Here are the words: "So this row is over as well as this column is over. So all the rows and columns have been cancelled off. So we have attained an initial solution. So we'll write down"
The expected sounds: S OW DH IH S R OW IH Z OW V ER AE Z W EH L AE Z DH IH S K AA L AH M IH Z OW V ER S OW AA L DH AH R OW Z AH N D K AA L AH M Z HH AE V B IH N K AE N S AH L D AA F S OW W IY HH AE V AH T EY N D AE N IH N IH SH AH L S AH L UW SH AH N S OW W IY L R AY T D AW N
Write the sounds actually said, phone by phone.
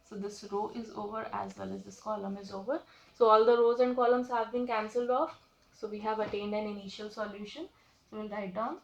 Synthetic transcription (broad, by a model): S OW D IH S R OW IH Z OW V ER AE Z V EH L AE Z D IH S K AA L AH M IH Z OW V ER S OW AA L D AH R OW Z AH N D K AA L AH M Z HH AE V B IH N K AE N S AH L D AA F S OW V IY HH AE V AH T EY N D AE N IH N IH SH AH L S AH L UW SH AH N S OW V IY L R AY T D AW N